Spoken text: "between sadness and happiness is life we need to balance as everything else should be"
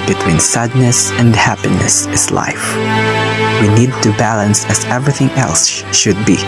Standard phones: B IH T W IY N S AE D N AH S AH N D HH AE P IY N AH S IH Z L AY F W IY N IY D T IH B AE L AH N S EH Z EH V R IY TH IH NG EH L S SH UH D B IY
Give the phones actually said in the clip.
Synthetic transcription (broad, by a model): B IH T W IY N S AE D N AH S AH N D HH AE P IY N AH S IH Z L AY F W IY N IY D T IH B AE L AH N S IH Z EH V R IY TH IH NG EH L S SH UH D B IY